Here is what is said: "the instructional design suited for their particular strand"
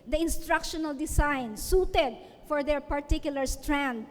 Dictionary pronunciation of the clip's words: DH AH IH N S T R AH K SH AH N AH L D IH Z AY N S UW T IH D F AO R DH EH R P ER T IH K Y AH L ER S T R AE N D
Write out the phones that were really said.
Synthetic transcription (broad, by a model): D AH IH N S T R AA K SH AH N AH L D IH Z AY N S UW T IH D F AO R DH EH R P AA T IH K Y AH L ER S T R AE N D